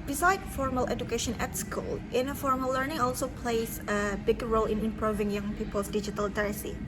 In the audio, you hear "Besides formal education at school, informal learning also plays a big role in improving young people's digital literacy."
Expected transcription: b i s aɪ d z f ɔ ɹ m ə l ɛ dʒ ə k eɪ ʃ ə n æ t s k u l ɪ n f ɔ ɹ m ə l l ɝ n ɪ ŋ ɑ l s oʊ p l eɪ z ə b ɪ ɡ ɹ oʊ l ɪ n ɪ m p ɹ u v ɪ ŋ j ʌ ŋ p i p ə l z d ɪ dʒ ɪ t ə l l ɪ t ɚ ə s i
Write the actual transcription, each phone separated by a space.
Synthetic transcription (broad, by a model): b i s aɪ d f ɔ ɹ m ə l ɛ dʒ ə k eɪ ʃ ə n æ t s k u l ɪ n f ɔ ɹ m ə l l ɝ n ɪ ŋ ɑ l s oʊ p l eɪ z ə b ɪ ɡ ɹ oʊ l ɪ n ɪ m p ɹ u v ɪ ŋ j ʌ ŋ p i p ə l s d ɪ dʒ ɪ t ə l l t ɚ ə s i